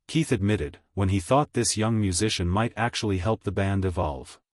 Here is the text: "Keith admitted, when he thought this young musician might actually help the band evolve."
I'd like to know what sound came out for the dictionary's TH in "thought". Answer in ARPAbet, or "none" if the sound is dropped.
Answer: TH